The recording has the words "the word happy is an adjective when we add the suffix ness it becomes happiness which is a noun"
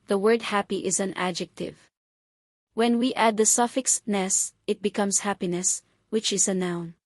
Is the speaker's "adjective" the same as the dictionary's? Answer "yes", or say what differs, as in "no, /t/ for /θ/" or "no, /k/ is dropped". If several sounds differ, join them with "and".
yes